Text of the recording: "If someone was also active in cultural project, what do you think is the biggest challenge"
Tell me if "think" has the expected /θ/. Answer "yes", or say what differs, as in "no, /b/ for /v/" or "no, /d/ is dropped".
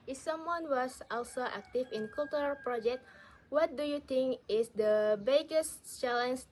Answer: no, /t/ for /θ/